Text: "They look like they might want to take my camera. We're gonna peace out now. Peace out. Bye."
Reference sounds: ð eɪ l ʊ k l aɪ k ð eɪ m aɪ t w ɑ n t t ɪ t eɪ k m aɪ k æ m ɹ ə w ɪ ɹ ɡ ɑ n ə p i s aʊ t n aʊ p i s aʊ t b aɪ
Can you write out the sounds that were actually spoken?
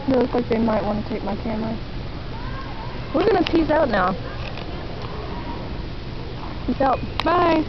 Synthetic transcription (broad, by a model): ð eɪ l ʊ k l aɪ k ð eɪ m aɪ t w ɑ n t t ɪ t eɪ k m aɪ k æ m l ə w ɪ ɹ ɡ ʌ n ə p i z aʊ t n aʊ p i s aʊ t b aɪ